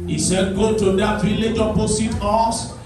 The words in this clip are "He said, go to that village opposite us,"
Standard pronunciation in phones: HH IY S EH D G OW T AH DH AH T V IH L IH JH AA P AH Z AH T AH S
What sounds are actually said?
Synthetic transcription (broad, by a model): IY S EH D G OW T AH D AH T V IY L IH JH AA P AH S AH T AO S